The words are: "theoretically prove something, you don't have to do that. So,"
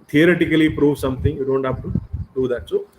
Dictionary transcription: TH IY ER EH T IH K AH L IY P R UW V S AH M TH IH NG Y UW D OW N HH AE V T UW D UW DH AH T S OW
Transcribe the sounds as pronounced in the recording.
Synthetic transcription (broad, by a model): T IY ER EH T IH K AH L IY P R UW V S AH M T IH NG Y UW D OW N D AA P T UW D UW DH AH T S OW